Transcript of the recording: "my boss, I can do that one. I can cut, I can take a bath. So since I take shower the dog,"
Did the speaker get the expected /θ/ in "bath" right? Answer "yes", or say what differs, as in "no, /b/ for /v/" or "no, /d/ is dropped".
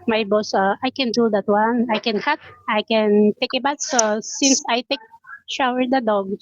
no, /t/ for /θ/